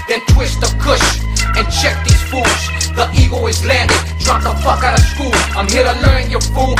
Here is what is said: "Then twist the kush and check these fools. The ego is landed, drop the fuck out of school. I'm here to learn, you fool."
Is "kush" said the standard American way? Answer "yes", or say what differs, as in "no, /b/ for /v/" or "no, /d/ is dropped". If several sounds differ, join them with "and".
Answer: yes